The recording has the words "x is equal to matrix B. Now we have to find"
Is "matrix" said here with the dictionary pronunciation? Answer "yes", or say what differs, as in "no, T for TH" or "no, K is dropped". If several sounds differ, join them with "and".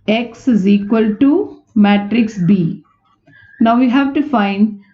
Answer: yes